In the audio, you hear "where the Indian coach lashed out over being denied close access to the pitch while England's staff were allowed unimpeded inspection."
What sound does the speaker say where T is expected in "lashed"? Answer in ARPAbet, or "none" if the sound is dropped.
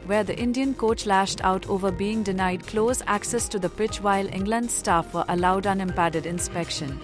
T